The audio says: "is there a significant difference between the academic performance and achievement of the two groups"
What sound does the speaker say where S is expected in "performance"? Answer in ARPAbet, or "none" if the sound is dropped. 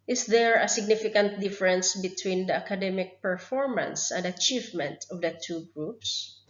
S